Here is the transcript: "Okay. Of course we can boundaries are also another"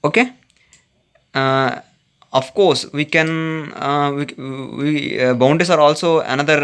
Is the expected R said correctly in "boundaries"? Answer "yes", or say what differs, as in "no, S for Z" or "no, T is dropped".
no, R is dropped